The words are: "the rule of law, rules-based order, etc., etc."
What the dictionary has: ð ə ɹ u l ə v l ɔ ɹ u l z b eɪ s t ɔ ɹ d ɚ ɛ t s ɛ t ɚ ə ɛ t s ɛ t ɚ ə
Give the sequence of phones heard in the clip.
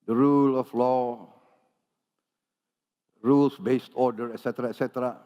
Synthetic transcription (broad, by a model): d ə ɹ u l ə f l ɔ ɹ u l s b eɪ s t ɔ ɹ d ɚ ɛ t s ɛ t ɚ ə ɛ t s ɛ t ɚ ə